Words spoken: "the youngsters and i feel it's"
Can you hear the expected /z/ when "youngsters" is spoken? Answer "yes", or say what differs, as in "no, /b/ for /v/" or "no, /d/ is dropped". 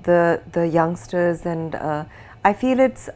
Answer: yes